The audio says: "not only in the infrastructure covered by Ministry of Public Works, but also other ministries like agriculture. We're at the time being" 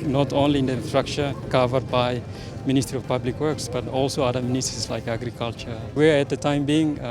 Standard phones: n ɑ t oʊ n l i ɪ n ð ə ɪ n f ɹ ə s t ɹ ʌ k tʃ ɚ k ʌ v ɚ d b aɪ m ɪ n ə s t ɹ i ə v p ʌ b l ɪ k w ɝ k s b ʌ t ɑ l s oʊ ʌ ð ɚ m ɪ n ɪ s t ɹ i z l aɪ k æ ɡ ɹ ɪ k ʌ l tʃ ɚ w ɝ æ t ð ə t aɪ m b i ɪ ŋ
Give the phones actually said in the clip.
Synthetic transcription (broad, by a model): n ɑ t oʊ n l i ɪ n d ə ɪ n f ɹ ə k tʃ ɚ k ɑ v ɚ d b aɪ m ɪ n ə s t ɹ i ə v p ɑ b l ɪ k w ɝ k s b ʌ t ɑ l s oʊ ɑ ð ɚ m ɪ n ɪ s t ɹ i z l aɪ k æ ɡ ɹ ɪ k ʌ l tʃ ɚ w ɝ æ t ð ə t aɪ m b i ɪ ŋ